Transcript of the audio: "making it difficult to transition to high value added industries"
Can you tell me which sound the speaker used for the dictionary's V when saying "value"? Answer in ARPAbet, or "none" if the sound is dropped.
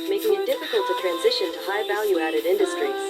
V